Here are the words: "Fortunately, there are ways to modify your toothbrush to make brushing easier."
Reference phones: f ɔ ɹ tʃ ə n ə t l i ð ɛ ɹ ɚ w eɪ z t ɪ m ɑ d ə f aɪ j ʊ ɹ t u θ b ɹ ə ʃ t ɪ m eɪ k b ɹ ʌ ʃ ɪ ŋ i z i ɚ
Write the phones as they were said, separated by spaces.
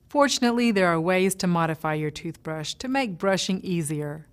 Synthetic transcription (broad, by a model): f ɔ ɹ tʃ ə n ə t l i ð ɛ ɹ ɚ w eɪ z t ɪ m ɑ d ə f aɪ j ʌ ɹ t u θ b ɹ ə ʃ t ɪ m eɪ k b ɹ ʌ ʃ ɪ ŋ i z i ɚ